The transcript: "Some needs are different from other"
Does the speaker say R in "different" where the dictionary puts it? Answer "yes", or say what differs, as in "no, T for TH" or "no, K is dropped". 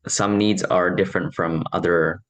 yes